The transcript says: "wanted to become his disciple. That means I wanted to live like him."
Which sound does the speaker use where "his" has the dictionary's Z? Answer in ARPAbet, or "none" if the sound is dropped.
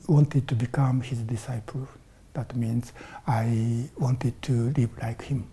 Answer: Z